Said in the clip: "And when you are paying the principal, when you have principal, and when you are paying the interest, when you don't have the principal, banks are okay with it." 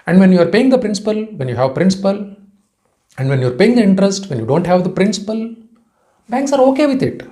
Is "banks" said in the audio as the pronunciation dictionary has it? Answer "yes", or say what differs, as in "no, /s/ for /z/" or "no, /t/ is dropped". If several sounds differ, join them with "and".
yes